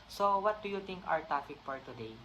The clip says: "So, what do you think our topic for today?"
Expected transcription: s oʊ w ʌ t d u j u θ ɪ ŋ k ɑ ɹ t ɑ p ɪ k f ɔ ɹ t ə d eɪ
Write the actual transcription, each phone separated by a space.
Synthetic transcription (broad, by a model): s oʊ w ʌ t d u j u t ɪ ŋ k ɑ ɹ t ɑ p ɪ k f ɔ ɹ t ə d eɪ